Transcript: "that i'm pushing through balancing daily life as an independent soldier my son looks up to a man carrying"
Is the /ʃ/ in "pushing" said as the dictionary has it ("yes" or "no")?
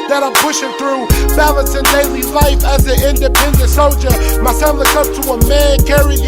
yes